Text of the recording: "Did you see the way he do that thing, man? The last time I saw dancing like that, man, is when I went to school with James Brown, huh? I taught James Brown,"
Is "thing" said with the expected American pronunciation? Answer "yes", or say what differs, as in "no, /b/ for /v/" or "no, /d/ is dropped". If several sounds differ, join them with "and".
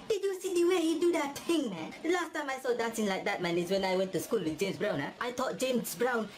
no, /t/ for /θ/